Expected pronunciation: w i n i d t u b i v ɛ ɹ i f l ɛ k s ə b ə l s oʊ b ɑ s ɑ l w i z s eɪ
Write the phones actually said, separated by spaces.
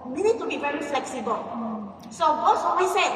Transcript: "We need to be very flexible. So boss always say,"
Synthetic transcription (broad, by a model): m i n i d t u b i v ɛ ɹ i f l ɛ k s ə b ə l s oʊ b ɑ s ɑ w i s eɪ